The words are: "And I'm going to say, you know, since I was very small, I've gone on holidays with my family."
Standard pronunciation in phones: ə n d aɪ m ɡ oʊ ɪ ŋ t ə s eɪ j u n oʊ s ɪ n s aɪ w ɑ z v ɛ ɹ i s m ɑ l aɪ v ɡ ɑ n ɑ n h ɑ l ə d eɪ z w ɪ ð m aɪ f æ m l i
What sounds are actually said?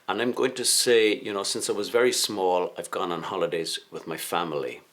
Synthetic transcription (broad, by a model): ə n aɪ m ɡ oʊ ɪ ŋ t ə s eɪ j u n oʊ s ɪ n s aɪ w ɑ z v ɛ ɹ i s m ɑ l aɪ v ɡ ɑ n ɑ n h ɑ l ə d eɪ z w ɪ ð m aɪ f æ m l i